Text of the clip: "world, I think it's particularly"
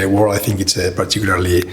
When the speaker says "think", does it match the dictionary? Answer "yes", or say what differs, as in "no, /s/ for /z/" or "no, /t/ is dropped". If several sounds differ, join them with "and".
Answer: yes